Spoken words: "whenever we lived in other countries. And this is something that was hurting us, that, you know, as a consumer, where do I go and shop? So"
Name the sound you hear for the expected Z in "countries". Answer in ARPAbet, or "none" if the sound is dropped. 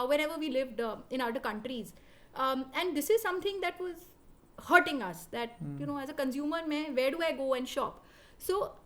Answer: Z